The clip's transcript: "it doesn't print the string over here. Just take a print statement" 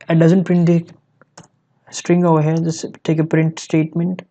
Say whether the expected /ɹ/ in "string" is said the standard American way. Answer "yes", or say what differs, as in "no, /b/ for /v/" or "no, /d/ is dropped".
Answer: yes